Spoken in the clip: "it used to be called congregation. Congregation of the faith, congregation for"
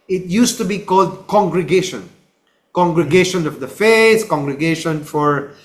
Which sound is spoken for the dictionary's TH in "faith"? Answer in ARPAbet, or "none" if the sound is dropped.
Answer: S